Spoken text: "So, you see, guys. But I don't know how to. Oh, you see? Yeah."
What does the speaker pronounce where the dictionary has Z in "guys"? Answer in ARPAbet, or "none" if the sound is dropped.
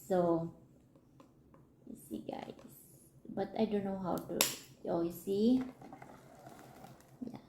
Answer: S